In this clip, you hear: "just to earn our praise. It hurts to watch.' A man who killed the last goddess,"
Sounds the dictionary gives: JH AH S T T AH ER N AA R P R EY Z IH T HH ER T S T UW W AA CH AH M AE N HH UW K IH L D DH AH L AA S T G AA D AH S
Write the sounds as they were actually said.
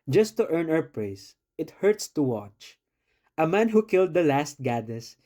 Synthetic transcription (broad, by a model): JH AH S T T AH ER N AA W P R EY S IH T HH ER T S T UW W AA CH AH M AE N HH UW K IH L D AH L AA S T G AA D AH S